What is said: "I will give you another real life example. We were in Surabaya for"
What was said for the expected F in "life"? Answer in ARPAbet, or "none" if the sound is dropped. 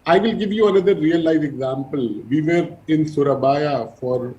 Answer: none